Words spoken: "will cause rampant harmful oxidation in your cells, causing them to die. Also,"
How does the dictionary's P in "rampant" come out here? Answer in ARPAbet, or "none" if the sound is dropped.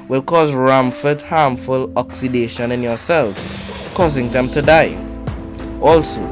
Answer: F